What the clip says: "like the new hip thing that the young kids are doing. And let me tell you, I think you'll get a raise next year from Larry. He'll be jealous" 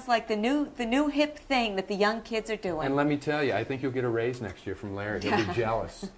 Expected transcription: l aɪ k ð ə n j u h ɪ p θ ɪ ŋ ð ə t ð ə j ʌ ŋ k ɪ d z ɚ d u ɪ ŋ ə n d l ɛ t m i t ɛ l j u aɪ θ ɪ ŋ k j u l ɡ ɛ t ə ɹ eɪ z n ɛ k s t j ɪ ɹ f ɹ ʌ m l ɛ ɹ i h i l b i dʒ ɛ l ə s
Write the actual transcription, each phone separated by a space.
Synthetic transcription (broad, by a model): l aɪ k ð ə n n u h ɪ p θ ɪ ŋ ð ə t ð ə j ʌ ŋ k ɪ d z ɚ d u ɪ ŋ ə n l ɛ t m i t ɛ l j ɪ aɪ θ ɪ ŋ k j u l ɡ ɛ t ə ɹ eɪ z n ɛ k s t j ɪ ɹ f ɹ ʌ m l ɛ ɹ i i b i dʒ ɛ l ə s